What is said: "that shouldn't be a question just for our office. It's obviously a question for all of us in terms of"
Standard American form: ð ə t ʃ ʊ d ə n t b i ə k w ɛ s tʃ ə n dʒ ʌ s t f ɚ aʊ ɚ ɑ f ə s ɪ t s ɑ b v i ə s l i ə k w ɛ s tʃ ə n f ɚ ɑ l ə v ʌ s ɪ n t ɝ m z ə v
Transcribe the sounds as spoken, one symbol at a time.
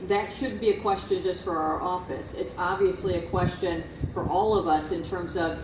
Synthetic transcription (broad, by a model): ð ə t ʃ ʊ d b i ə k w ɛ s tʃ ə n dʒ ʌ s t f ɚ aʊ ɚ ɑ f ə s ɪ t s ɑ b v i ə s l i ə k w ɛ s tʃ ə n f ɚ ɑ l ə v ʌ s ɪ n t ɝ m z ə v